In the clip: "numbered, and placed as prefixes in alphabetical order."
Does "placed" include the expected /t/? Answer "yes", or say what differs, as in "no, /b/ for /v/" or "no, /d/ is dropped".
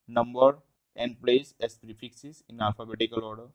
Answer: no, /t/ is dropped